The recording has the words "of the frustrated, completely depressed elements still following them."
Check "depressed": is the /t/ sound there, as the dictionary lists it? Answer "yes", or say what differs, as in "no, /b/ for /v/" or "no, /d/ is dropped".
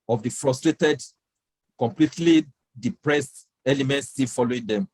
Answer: yes